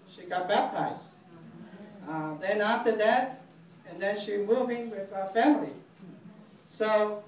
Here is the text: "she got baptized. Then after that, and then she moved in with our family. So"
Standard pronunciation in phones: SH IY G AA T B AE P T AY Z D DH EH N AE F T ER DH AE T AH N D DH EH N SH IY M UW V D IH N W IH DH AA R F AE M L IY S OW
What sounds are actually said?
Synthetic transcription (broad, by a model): SH IY G AA T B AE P T AY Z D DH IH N AE F T ER DH AE T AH N DH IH N SH IY M UW V IH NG W IH DH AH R F AE M L IY S OW